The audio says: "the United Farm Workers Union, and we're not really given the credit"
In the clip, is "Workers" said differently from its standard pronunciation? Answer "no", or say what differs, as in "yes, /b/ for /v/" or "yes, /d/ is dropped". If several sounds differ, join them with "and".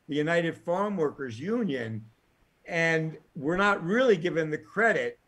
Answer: no